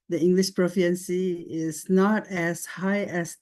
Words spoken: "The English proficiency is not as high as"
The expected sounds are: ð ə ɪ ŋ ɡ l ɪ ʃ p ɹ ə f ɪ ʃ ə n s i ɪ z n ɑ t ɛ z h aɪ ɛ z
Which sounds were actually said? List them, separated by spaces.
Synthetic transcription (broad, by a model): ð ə ɪ ŋ ɡ l ɪ ʃ p ɹ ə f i ə n s i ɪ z n ɑ t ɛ s h aɪ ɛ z